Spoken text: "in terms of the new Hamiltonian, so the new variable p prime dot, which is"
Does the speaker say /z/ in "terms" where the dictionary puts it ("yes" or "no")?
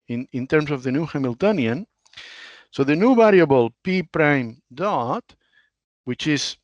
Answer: no